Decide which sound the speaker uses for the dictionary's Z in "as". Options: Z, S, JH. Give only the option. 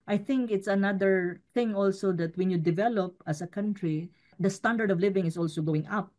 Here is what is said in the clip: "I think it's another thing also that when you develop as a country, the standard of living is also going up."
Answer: S